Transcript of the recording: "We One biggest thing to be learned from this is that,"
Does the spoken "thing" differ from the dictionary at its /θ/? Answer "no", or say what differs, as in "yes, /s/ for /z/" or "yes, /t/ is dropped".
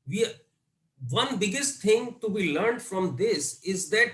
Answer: yes, /t/ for /θ/